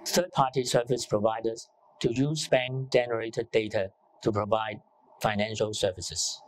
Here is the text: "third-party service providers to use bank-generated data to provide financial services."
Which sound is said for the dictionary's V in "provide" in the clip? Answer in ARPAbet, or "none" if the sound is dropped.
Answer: V